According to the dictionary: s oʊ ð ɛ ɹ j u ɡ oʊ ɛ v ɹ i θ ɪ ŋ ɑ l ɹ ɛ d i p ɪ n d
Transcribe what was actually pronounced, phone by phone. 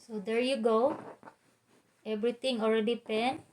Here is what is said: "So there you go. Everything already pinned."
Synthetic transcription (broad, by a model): s oʊ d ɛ ɹ j u ɡ oʊ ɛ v ɹ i t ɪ ŋ ɑ l ɹ ɛ d i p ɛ n